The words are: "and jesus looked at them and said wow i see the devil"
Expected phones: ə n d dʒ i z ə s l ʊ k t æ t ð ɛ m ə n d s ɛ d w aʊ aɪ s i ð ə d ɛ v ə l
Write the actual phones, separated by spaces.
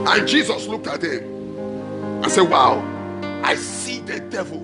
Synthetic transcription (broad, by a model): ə n dʒ i z ə s l ʊ k t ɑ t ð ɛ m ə n s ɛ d w aʊ aɪ s i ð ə d ɛ v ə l